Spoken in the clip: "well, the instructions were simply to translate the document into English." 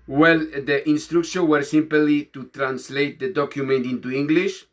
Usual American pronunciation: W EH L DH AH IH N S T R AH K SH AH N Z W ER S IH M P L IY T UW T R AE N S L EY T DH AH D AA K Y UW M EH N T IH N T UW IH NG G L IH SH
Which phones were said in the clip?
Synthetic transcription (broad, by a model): W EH L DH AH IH N S T R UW K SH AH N W ER S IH M P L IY T UW T R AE N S L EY T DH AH D AA K Y UW M EH N T IH N T UW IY NG G L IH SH